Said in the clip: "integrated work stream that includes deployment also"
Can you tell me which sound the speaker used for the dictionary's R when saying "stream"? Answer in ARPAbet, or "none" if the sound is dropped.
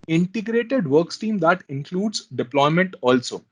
none